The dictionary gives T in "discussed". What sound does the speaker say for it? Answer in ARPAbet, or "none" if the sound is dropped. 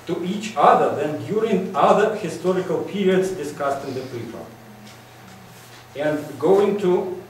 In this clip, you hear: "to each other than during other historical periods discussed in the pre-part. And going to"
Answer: T